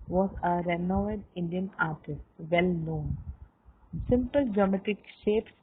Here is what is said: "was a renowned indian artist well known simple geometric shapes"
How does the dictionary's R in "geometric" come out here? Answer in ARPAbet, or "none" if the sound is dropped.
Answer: none